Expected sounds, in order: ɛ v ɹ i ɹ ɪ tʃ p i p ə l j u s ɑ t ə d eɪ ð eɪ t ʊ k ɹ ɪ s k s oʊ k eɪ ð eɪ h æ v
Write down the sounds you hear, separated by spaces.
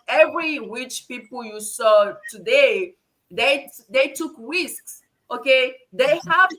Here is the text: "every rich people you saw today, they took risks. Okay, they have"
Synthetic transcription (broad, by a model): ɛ v ɹ i w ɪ tʃ p i p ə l j u s ɑ t ə d eɪ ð eɪ t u k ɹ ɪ s k s oʊ k eɪ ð eɪ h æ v